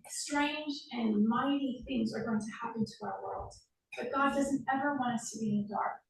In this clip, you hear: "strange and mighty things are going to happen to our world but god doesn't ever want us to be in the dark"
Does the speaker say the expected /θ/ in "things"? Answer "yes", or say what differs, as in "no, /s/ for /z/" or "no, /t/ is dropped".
yes